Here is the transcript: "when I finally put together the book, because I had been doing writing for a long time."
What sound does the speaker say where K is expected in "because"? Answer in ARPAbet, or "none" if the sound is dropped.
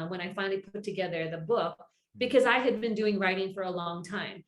K